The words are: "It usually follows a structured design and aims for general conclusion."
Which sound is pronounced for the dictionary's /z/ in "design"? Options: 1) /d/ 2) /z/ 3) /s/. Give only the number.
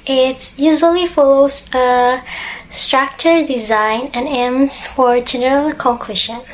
2